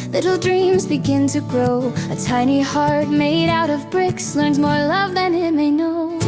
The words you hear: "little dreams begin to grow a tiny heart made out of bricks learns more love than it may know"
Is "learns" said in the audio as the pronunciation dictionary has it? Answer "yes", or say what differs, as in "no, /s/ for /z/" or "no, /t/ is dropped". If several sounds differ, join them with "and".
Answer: yes